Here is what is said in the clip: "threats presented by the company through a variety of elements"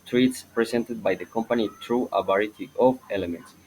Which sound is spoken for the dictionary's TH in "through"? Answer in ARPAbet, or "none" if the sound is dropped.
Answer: T